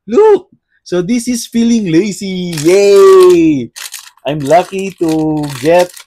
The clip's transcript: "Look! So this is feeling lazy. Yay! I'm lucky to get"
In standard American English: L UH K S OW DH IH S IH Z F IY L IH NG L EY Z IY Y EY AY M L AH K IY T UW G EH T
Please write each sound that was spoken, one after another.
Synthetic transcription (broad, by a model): L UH K S OW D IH S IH S F IY L IH NG L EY S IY Y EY AY M L AH K IY T UW G EH T